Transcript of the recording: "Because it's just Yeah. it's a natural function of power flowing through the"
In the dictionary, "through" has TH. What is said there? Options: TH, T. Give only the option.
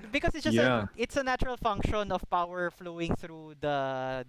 TH